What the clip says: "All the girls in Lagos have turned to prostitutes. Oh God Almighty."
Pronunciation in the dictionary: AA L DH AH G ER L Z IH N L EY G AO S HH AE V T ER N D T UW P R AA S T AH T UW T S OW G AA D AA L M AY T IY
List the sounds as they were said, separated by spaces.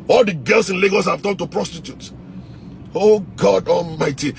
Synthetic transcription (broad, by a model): AA L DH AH G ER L S IH N L EY G AO S HH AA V T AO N T UW P R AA S T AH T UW T OW G AA D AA L M AY T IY